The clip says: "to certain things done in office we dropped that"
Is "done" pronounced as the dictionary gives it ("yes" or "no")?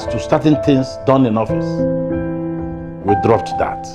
yes